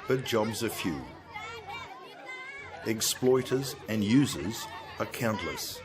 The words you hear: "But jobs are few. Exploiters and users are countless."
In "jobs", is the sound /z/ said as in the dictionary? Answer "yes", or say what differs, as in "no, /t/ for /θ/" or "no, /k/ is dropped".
yes